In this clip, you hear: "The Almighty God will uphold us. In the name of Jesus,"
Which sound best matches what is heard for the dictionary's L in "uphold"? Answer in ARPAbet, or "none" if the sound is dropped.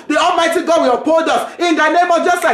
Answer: none